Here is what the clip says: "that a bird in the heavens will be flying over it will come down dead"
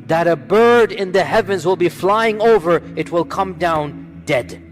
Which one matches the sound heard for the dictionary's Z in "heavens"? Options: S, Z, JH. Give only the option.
Z